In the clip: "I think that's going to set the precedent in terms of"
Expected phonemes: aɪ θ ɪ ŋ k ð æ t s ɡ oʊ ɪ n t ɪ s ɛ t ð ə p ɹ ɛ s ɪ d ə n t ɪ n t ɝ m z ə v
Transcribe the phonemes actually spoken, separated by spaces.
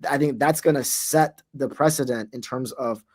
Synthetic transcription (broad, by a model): aɪ θ ɪ ŋ k ð æ t s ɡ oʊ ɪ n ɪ s ɛ t ð ə p ɹ ɛ s ɪ d ə n t ɪ n t ɝ m z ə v